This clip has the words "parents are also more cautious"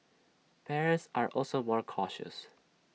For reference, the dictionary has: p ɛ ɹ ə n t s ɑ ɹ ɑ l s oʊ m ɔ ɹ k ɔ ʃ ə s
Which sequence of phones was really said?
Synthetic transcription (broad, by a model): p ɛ ɹ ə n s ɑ ɹ ɑ l s oʊ m ɔ ɹ k ɔ ʃ ə s